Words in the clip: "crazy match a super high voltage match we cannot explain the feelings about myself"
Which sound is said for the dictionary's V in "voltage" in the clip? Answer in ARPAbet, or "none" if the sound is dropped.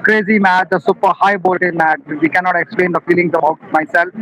B